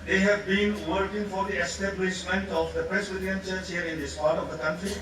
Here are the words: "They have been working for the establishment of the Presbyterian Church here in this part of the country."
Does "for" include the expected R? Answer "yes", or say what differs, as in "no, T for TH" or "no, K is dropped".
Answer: yes